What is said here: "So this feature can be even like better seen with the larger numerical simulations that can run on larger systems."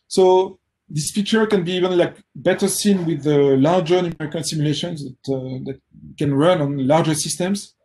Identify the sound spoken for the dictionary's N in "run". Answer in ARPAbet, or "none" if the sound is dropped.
N